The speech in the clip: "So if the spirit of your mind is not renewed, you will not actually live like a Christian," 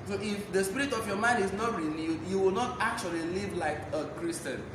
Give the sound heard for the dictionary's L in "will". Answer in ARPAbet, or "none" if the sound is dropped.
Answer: L